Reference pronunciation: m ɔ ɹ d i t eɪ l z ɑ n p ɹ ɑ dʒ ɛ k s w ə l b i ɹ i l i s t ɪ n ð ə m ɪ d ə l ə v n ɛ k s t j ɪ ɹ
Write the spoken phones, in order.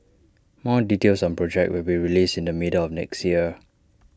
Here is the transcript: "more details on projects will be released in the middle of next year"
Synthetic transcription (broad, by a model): m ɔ d i t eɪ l s ɑ n p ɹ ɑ dʒ ɛ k w ə l b i ɹ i l i s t ɪ n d ə m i d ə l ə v n ɛ k s t j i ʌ